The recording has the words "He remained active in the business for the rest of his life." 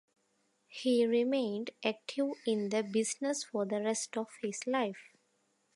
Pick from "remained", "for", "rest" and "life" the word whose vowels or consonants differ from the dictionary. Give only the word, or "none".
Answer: none